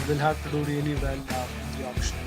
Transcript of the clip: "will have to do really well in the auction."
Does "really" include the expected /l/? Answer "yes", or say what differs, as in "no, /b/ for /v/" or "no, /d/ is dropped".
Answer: no, /n/ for /l/